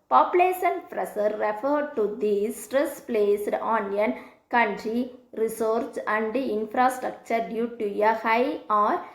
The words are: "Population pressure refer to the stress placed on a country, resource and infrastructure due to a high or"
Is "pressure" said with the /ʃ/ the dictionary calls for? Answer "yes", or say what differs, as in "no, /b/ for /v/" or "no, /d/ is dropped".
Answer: no, /s/ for /ʃ/